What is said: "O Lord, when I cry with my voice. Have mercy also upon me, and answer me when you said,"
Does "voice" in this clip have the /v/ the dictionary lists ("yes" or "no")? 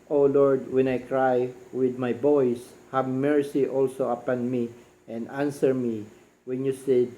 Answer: no